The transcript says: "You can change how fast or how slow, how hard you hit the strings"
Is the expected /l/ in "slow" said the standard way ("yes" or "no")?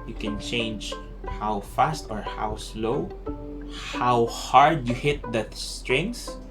yes